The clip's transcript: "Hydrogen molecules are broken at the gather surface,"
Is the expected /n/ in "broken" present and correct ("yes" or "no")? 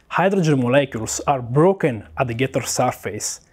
yes